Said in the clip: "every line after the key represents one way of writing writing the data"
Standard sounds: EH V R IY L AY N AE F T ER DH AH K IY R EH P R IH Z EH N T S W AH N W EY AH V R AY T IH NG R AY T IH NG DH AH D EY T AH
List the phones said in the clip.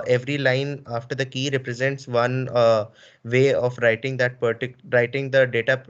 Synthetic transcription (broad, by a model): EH V R IY L AY N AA F T ER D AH K IY R EH P R IH Z EH N T S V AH N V EY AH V R AY T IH NG R AY T IH NG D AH D EY T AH